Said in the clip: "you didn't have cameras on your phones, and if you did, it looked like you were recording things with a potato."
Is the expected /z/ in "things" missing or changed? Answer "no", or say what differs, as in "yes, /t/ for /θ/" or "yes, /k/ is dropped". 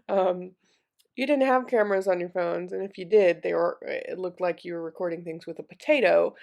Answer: no